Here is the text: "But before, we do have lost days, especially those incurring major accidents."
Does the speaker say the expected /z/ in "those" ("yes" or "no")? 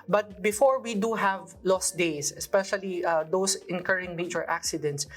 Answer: no